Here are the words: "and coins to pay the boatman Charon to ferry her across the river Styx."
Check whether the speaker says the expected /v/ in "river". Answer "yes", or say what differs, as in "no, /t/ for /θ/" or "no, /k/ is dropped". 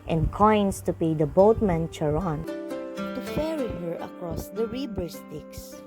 no, /b/ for /v/